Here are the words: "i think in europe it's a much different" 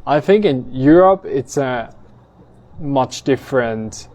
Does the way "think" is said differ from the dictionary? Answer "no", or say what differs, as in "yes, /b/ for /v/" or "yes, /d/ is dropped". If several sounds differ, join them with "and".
no